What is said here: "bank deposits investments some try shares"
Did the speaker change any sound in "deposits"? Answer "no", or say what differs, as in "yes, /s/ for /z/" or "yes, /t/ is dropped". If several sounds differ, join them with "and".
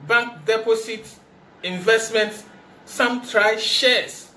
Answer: yes, /s/ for /z/ and /s/ is dropped